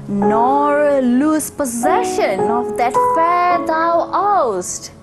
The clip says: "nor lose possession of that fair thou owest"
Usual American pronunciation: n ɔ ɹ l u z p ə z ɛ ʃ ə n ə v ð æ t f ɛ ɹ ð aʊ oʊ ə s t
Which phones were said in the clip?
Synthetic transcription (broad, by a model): n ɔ ɹ l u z p ə z ɛ ʃ ə n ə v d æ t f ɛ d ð aʊ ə s t